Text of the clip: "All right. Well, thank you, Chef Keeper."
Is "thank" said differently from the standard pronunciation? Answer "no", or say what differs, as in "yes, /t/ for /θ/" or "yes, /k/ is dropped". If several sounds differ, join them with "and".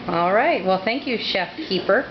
no